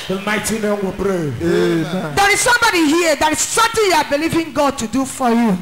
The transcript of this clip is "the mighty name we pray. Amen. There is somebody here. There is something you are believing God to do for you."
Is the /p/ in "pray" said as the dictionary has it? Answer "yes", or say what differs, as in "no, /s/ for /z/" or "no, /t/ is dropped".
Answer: no, /b/ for /p/